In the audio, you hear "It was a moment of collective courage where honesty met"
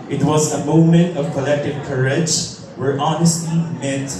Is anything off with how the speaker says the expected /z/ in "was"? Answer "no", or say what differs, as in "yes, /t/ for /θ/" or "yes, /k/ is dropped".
no